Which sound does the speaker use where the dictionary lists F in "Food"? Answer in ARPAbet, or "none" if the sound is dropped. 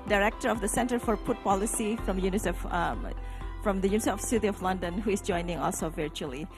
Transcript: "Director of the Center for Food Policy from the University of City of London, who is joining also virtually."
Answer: P